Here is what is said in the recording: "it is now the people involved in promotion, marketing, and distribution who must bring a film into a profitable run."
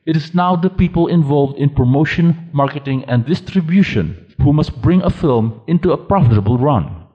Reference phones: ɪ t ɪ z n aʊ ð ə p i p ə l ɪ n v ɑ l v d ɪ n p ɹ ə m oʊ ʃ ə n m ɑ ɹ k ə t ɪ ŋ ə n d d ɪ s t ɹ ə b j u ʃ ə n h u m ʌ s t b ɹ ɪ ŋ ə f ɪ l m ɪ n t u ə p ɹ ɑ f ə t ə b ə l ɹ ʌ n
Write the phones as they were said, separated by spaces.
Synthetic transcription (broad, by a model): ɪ t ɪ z n aʊ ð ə p i p ə l ɪ n v ɑ l v d ɪ n p ɹ ə m oʊ ʃ ə n m ɑ ɹ k ə t ɪ ŋ ə n d d ɪ s t ɹ ə b j u ʃ ə n h u m ʌ s t b ɹ ɪ ŋ ə f ɪ l m ɪ n t u ə p ɹ ɑ f ə t ə b ə l ɹ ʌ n